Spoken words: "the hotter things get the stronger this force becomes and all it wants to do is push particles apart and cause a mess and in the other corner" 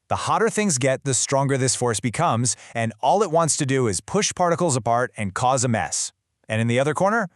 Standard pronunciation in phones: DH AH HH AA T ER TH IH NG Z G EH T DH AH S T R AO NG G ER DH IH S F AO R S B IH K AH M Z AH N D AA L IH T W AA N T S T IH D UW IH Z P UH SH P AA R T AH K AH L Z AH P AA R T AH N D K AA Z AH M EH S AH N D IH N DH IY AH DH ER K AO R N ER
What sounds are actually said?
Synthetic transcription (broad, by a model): DH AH HH AA T ER TH IH NG Z G EH T DH AH S T R AO NG G ER DH IH S F AO R S B IH K AH M Z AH N AA L IH T W AA N T S T IH D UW IH Z P UH SH P AA R T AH K L Z AH P AA R T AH N K AA Z AH M EH S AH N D IH N DH IY AH DH ER K AO R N ER